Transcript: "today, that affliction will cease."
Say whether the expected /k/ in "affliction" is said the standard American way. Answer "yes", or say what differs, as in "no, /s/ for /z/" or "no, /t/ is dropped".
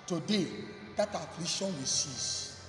no, /k/ is dropped